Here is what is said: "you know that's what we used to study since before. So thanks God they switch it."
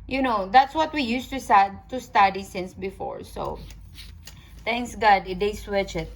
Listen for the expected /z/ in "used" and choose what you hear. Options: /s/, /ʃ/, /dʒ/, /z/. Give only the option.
/s/